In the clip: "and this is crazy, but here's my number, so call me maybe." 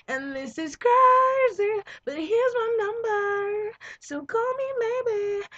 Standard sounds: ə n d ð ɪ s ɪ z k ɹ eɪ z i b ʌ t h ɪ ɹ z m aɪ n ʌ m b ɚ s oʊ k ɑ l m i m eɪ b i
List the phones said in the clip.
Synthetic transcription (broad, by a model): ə n ð ɪ s ɪ z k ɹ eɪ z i b ʌ t h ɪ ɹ z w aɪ n ʌ m b ɚ s oʊ k ɑ l m i m eɪ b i